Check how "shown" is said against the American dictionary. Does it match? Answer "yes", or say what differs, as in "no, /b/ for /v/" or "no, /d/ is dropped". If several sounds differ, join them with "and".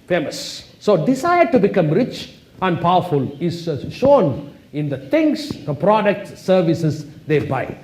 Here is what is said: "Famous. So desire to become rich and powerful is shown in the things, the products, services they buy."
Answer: yes